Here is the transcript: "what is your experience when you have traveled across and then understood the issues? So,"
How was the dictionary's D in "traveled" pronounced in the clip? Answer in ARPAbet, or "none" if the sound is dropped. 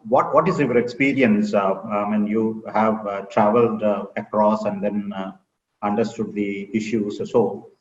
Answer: D